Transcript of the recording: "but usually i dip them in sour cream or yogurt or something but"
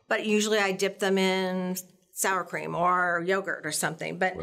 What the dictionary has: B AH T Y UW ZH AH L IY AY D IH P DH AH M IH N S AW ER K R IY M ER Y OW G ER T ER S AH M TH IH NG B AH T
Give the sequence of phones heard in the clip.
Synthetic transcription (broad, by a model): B AH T Y UW ZH L IY AY D IH P DH AH M IH N S AW ER K R IY M ER Y OW G ER T ER S AH M TH IH NG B AH T